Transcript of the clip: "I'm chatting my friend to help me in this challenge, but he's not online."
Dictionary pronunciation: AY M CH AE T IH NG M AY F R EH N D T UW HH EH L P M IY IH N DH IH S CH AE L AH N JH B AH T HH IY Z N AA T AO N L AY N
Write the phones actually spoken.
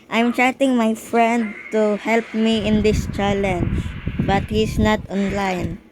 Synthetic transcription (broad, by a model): AY M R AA T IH NG M AY F R EH N D T UW HH EH L P M IY IH N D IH S CH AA L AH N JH B AH T HH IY S N AA T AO N L AY N